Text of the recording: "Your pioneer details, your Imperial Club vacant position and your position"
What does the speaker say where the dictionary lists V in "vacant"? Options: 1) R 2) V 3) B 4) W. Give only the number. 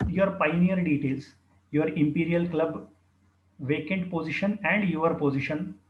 2